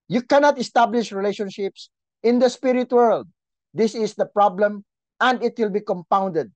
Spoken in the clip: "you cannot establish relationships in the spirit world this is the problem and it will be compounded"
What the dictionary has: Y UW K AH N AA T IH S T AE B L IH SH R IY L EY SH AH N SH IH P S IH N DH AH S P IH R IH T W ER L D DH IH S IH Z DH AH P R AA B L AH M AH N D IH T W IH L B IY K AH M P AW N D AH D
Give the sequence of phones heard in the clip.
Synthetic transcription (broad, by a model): Y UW K AH N AA T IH S T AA B L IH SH R IY L EY SH AH N SH IH P S IH N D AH S P IH R IH T W ER L D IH S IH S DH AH P R AA B L AH M AH N D IH T W IH L B IY K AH M P AW N D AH D